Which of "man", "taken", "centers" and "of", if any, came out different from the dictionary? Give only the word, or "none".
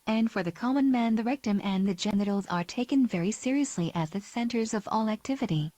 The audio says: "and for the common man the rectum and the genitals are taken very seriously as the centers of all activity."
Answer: none